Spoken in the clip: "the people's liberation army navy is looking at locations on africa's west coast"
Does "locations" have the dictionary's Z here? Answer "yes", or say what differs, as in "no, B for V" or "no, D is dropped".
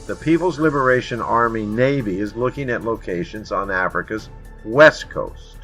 yes